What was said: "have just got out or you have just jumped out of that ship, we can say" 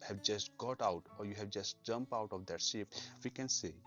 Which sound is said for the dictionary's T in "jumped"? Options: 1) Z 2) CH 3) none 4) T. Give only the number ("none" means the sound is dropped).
3